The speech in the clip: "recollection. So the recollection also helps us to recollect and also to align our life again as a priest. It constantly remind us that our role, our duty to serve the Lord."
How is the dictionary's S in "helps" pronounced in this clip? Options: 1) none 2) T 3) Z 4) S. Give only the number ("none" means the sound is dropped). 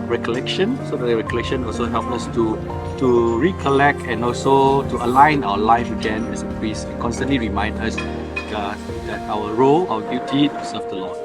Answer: 1